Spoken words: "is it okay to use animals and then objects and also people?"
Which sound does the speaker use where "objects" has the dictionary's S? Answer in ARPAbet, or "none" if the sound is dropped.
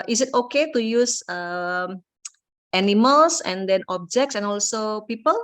S